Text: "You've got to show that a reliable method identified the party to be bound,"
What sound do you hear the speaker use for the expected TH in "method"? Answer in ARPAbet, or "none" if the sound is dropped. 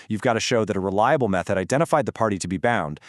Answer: TH